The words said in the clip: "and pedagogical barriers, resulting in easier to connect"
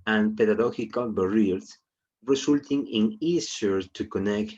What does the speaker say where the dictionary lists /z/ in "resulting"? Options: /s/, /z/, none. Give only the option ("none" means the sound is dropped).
/s/